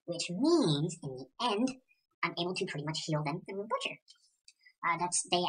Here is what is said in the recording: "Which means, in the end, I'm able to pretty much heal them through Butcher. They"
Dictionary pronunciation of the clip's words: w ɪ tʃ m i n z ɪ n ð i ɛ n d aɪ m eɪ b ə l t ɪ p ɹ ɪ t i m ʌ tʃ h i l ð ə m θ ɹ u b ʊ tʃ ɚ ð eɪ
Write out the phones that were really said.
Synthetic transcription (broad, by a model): w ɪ tʃ m i n z ɪ n ð i ɛ n d aɪ m eɪ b l t ɪ p ɹ ɪ t i m ʌ tʃ h i l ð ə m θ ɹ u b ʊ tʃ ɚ ð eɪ